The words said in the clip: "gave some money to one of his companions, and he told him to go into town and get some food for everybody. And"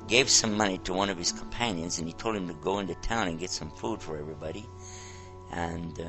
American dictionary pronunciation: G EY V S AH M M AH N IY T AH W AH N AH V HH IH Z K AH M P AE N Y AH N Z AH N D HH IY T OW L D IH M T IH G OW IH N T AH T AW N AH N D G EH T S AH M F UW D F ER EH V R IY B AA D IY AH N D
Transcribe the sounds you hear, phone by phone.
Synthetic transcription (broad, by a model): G EY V S AH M M AH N IY T AH W AH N AH V IH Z K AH M P AE N Y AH N Z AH N IY T OW L D IH M T IH G OW IH N T AH T AW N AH N G EH T S AH M F UW D F ER EH V R IY B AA D IY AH N